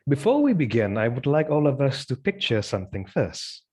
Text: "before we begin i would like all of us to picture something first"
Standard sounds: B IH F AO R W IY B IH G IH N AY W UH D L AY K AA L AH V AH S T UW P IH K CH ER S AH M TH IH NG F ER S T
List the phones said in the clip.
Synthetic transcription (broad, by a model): B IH F AO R W IY B IH G IH N AY W UH D L AY K AA L AH V AH S T UW P IH K CH ER S AH M TH IH NG F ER S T